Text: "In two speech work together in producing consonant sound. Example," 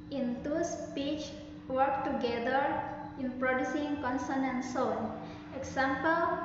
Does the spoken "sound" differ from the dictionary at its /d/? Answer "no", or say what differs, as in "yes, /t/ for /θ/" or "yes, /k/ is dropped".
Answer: yes, /d/ is dropped